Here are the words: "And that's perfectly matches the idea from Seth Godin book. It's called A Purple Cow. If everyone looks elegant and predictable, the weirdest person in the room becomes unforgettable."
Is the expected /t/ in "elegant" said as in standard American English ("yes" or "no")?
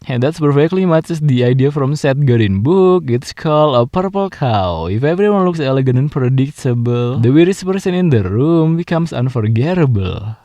no